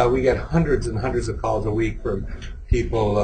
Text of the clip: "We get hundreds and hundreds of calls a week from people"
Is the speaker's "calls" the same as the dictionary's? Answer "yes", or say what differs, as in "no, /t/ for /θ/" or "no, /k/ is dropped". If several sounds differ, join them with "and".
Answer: yes